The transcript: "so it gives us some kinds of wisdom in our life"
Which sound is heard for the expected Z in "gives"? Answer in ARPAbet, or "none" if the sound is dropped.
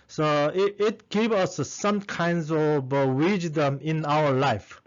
none